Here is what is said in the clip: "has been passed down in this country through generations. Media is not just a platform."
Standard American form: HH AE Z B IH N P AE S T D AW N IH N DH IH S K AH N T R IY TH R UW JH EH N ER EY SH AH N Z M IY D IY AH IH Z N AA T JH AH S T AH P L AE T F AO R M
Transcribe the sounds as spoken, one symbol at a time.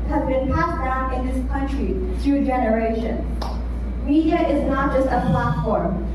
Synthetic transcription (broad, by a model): HH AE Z B IH N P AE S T D AW N IH N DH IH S K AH N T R IY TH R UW JH EH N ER EY SH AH N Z M IY D IY AH IH Z N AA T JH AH S T AH P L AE T F AO R M